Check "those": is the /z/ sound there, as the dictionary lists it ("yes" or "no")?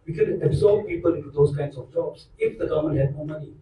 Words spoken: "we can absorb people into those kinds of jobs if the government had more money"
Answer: no